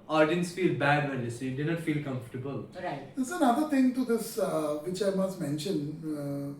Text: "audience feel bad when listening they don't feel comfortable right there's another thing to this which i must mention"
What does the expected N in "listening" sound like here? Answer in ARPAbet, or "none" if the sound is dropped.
none